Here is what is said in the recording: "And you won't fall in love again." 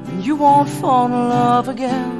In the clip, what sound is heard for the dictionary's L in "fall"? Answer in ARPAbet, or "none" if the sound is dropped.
N